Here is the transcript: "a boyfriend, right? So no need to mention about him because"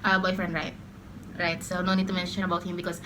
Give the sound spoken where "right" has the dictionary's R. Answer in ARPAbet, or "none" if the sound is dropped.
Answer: R